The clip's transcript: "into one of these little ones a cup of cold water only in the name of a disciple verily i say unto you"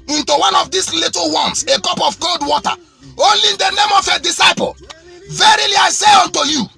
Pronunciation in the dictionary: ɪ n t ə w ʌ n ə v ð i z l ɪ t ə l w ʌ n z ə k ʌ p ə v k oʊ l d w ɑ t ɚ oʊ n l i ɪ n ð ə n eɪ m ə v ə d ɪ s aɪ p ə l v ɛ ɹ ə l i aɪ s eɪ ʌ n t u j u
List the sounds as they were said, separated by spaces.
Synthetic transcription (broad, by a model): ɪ n t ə w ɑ n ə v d i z l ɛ t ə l w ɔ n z ə k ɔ p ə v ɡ oʊ l d w ɑ t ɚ oʊ l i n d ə n eɪ m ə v ə d ɪ s aɪ p ə l v ɛ ɹ ə l i aɪ s eɪ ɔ n t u j u